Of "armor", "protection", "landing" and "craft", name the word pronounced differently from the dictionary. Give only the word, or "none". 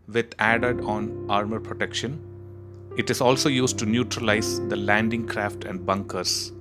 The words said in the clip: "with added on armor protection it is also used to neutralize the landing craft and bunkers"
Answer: none